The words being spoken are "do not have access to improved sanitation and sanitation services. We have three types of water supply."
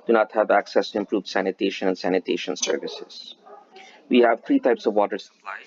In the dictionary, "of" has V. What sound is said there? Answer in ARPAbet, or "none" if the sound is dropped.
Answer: V